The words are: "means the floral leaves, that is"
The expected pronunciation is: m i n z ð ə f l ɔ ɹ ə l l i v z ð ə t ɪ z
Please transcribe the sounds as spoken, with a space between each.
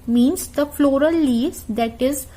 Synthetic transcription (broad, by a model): m i n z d ə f l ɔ ɹ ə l l i z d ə t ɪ z